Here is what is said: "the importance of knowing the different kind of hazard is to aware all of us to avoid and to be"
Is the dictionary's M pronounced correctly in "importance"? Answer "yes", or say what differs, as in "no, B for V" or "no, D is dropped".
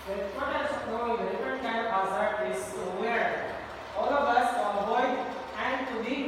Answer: no, M is dropped